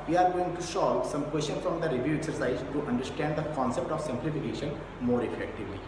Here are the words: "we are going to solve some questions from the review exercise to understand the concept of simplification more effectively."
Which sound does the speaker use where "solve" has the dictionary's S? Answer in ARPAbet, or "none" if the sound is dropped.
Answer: SH